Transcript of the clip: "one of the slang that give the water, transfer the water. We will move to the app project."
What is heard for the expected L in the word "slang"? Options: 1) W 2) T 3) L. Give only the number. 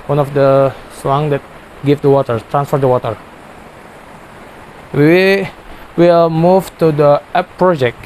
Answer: 1